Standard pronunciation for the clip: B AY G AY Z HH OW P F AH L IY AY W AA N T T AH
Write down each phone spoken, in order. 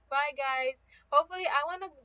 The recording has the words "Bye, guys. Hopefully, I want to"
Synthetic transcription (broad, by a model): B AY G AY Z HH OW F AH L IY AY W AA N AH